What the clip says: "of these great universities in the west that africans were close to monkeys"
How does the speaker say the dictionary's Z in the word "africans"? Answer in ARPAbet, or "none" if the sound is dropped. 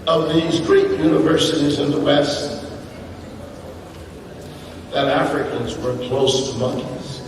Z